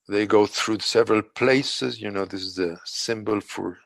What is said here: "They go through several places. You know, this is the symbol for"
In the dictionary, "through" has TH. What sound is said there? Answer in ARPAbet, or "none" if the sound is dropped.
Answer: TH